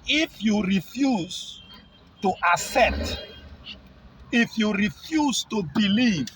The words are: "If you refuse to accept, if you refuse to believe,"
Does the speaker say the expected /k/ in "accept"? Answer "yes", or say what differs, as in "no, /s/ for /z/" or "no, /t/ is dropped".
no, /k/ is dropped